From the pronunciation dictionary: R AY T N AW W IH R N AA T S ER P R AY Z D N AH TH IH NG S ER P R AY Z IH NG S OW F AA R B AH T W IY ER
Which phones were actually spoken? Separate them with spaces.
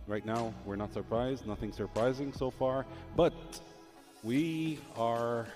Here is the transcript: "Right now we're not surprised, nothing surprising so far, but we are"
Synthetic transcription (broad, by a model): R AY T N AW W IH R N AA T S ER P R AY Z D N AH TH IH NG S ER P R AY Z IH NG S OW F AA R B AH T W IY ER